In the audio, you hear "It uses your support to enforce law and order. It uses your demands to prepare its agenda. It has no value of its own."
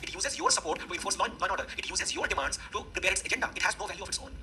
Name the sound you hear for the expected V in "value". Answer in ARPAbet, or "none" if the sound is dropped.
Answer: V